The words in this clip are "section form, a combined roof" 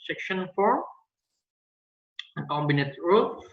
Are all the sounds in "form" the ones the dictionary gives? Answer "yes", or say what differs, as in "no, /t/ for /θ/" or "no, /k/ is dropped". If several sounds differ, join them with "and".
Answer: no, /m/ is dropped